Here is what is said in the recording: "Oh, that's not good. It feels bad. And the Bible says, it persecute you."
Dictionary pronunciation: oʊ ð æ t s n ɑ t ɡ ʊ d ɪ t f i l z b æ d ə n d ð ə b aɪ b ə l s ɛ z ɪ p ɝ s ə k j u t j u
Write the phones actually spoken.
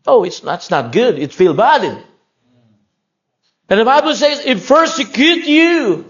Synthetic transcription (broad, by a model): oʊ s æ t s n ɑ t ɡ ʊ d ɪ t f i l b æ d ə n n ð ə b aɪ b ə l s ɛ z ɪ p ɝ s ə k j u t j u